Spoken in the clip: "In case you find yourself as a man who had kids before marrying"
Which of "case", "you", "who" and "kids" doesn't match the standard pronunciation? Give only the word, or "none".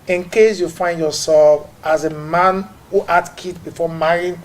kids